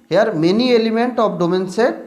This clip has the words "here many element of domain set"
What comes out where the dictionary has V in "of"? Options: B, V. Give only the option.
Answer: B